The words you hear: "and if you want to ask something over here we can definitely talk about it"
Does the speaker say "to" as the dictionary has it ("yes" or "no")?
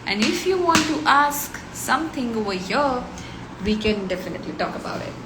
yes